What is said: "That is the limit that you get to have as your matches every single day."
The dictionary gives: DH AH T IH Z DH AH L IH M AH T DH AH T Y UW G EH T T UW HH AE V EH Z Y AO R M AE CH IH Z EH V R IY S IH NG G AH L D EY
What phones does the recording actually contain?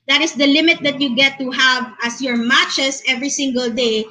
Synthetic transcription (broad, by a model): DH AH T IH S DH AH L IH M AH T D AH T Y UW G EH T T UW HH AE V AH S Y AO R M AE CH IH S EH V R IY S IH NG G AH L D EY